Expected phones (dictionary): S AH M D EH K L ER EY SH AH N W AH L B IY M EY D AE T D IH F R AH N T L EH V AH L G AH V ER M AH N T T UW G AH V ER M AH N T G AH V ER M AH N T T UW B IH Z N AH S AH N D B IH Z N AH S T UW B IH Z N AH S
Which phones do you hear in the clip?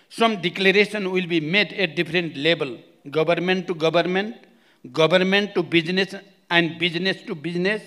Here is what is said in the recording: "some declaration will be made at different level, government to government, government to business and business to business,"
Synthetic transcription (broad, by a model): S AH M D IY K L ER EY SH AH N W AH L B IY M EY D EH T D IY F R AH N T L EH B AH L G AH B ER M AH N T T UW G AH B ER M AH N T G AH B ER M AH N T T UW B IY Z N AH S AH N D B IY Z N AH S T UW B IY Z N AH S